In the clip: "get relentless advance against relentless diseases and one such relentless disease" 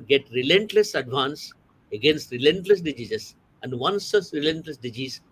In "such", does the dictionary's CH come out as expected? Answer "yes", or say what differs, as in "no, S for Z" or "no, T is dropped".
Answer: no, S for CH